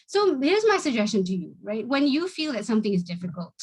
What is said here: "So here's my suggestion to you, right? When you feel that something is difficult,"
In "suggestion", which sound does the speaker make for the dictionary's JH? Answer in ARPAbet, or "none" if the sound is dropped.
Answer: JH